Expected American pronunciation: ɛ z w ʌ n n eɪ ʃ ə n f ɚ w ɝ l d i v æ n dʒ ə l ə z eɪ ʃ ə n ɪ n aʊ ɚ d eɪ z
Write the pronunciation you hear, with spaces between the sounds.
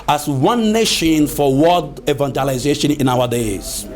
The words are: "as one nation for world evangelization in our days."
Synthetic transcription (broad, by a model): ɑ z w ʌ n n eɪ ʃ ə n f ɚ w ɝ d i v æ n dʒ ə l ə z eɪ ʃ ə n ɪ n aʊ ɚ d eɪ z